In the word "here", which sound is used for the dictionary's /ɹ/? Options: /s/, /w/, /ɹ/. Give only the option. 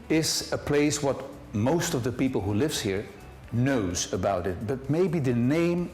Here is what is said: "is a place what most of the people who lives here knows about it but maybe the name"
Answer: /ɹ/